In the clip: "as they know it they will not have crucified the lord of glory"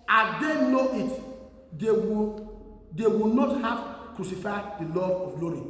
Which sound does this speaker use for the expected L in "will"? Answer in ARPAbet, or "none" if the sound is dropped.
W